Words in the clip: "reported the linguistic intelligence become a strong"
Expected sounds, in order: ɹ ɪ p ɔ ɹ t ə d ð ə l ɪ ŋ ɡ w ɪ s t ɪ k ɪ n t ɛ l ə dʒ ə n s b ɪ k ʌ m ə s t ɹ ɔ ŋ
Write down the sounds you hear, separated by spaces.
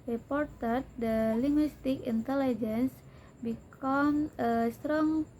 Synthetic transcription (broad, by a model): ɹ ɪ p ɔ ɹ t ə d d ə l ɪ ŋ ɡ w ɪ s t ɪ k ɪ n t ɛ l ə dʒ ə n s b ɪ k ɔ m ə s t ɹ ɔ ŋ